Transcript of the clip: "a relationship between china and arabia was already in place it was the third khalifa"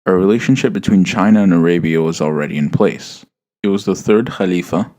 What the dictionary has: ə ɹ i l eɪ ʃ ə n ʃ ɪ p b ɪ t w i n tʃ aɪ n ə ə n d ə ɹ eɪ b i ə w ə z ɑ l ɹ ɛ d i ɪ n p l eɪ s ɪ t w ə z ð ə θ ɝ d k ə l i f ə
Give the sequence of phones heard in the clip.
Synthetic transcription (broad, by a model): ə ɹ i l eɪ ʃ ə n ʃ ɪ p b ɪ t w i n tʃ aɪ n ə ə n ə ɹ eɪ b i ə w ə z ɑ l ɹ ɛ d i ɪ n p l eɪ s ɪ t w ə z ð ə θ ɝ d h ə l i f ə